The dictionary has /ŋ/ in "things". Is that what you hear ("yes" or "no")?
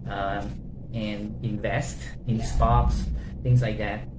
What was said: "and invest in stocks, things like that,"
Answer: yes